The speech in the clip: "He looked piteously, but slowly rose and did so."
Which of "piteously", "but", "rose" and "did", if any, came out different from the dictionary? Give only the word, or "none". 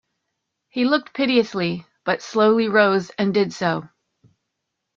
none